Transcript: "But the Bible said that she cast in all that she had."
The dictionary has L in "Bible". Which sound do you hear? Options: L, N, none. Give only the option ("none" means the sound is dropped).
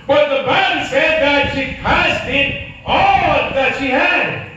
N